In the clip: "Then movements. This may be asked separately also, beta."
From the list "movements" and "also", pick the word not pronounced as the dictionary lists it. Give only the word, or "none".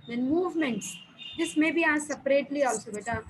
none